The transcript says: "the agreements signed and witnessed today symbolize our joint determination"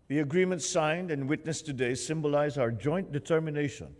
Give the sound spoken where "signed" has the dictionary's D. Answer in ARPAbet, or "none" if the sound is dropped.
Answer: D